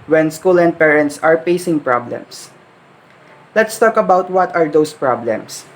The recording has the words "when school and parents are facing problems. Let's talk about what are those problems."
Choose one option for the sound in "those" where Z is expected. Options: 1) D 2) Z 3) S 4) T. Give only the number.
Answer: 3